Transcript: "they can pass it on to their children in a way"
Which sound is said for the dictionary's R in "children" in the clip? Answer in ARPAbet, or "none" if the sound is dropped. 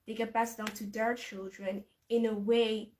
R